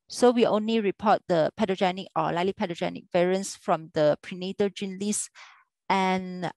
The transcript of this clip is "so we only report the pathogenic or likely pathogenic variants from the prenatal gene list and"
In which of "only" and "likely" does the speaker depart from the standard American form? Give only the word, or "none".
likely